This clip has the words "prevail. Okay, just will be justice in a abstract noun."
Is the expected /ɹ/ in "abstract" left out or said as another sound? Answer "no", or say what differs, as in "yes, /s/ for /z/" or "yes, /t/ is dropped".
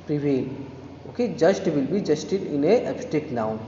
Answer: yes, /ɹ/ is dropped